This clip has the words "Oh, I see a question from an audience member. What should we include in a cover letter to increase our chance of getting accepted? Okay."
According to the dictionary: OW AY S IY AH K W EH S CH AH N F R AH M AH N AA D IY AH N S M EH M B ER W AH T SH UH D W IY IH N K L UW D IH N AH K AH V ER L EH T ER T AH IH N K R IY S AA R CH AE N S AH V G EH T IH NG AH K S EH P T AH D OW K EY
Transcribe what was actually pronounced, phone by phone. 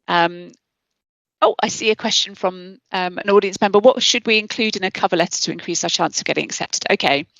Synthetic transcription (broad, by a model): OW AY S IY AH K W EH S CH AH N F R AH M AH N AA D IY AH N S M EH M B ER W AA T SH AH D W IY IH N K L UW D IH N AH K AH V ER L EH T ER T AH IH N K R IY S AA CH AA N S AH V G EH T IH NG AH K S EH P T AH D OW K EY